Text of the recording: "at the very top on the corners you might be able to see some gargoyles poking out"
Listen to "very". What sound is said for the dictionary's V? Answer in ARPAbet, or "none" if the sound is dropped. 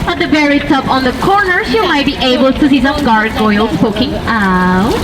B